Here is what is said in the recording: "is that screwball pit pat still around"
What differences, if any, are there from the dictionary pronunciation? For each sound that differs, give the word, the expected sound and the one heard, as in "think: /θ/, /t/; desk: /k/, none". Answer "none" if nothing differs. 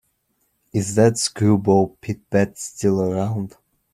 pat: /p/, /b/